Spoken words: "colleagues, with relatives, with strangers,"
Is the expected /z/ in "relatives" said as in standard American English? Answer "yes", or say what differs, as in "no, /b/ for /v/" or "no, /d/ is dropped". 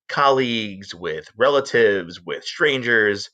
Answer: yes